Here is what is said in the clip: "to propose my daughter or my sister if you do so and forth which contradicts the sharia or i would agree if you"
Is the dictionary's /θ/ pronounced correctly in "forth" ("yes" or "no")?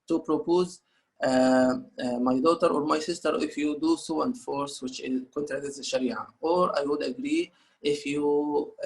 no